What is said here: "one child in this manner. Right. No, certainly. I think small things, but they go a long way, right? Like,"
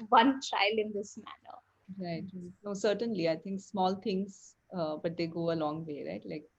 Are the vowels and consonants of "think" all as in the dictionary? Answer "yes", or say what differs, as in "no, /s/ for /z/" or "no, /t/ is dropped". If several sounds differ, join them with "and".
no, /t/ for /θ/